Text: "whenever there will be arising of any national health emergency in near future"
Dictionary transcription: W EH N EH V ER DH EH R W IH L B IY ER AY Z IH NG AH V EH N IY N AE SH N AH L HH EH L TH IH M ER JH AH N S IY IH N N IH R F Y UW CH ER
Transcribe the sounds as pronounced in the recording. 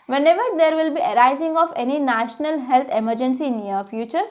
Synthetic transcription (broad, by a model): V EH N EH V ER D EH R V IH L B IY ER AY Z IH NG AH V EH N IY N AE SH N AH L HH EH L T IH M ER JH AH N S IY N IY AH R F Y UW CH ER